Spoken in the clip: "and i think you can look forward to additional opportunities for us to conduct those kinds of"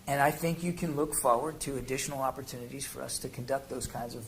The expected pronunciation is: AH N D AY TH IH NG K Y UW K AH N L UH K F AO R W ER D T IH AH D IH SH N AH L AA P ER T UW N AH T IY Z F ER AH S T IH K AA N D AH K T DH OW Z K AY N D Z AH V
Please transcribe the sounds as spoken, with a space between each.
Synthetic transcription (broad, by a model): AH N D AY TH IH NG K Y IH K AH N L UH K F AO R W ER D T IH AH D IH SH N L AA P ER T UW N AH T IY Z F ER AH S T IH K N D AH K T DH OW Z K AY N D Z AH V